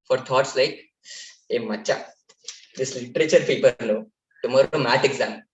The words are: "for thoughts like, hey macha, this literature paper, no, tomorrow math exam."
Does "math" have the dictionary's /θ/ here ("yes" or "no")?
no